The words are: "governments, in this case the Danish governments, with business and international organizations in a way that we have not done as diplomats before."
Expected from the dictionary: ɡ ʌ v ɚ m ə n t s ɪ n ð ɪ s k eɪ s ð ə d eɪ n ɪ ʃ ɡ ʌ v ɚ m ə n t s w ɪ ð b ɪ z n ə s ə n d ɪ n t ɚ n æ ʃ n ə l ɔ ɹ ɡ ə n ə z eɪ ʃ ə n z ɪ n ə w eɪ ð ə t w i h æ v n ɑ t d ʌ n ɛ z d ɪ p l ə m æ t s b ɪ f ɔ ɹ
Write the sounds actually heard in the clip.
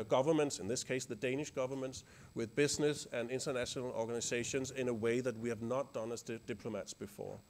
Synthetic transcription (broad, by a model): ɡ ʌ v ɚ m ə n t s ɪ n ð ɪ s k eɪ s ð ə d eɪ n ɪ ʃ ɡ ʌ v ɚ m ə n t s w ɪ ð b ɪ z n ə s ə n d ɪ n t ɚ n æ ʃ n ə l ɔ ɹ ɡ ə n ə z eɪ ʃ ə n z ɪ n ə w eɪ ð ə t w i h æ v n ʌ t d ʌ n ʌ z d ɪ p l ə m æ t s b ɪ f ɔ ɹ